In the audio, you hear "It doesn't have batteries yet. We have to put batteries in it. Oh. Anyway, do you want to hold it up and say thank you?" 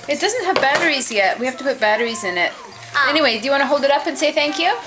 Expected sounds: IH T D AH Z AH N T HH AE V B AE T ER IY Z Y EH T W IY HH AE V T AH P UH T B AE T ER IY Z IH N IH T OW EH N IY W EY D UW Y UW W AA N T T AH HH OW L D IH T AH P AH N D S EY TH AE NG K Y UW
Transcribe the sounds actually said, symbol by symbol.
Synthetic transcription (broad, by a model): IH T D AH Z AH N T HH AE V B AE T ER IY Z Y EH T W IY HH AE F T AH P UH T B AE T ER IY Z IH N IH T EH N IY W EY D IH Y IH W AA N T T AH HH OW L D IH T AH P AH N S EY TH AE NG K Y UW